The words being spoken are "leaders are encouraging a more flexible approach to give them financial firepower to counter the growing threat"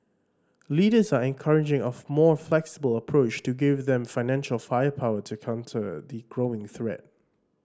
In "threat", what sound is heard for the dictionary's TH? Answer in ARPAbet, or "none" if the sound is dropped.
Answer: TH